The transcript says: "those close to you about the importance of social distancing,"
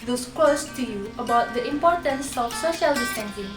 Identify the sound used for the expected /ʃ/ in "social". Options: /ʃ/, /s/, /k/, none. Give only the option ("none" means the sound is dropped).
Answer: /ʃ/